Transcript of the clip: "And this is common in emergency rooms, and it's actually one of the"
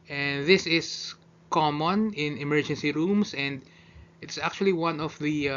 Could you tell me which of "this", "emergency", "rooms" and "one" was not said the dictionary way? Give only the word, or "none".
rooms